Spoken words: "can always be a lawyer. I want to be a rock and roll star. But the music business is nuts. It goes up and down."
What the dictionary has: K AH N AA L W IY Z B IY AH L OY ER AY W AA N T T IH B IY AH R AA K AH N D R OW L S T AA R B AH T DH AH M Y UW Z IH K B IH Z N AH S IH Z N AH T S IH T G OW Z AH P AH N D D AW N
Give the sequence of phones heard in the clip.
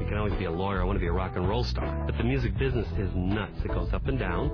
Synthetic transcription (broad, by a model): K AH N AA L W IY Z B IY AH L OY ER AY W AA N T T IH B IY AH R AA K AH N R OW L S T AA R B AH T DH AH M Y UW Z IH K B IH Z N AH S IH Z N AH T S IH T G OW Z AH P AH N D D AW N